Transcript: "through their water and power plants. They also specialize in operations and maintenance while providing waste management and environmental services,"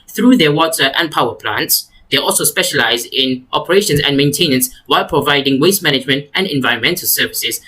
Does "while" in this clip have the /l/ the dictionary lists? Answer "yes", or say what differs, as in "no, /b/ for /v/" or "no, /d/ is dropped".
yes